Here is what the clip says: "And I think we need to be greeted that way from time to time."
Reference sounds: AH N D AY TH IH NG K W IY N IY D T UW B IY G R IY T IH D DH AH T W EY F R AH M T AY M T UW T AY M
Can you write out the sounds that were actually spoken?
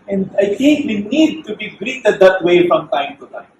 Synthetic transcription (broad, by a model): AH N D AY T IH NG K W IY N IY D T UW B IY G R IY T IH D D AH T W EY F R AH M T AY M T UW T AY M